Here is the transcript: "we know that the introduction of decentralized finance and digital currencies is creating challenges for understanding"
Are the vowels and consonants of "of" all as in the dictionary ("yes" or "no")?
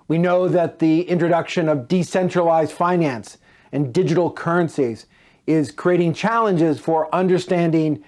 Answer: yes